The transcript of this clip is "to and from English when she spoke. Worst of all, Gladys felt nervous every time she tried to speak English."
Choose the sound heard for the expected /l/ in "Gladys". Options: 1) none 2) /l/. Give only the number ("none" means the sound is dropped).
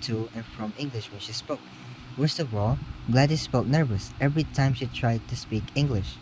2